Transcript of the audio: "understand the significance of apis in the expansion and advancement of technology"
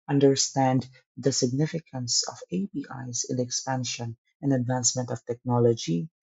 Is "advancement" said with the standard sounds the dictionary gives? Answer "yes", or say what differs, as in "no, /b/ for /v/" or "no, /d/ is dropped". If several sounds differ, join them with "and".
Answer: yes